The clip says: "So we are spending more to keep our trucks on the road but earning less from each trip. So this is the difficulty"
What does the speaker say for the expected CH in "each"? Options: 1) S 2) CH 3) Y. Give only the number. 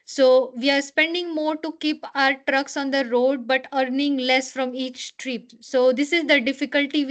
2